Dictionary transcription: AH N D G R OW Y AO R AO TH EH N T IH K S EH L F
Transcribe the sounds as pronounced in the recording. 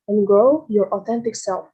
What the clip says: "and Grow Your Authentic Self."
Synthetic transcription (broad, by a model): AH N G OW Y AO R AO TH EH N T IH K S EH L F